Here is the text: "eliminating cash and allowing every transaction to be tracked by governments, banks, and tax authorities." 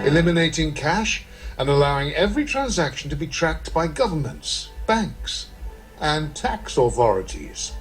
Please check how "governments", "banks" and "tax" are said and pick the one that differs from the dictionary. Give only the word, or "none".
none